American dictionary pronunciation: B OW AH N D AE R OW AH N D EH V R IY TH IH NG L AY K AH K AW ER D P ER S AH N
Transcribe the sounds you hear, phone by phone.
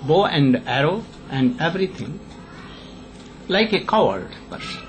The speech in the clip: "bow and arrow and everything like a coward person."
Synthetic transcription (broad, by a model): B OW AH N D AE R OW AH N D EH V R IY T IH NG L AY K AH K AW ER D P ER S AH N